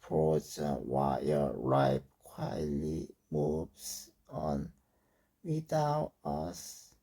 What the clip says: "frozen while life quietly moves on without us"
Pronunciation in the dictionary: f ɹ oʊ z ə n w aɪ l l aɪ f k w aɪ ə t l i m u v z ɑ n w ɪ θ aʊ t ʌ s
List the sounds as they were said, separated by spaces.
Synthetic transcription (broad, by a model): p ɹ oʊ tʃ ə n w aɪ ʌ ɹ aɪ p k w aɪ ə t l i m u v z ɑ n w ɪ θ aʊ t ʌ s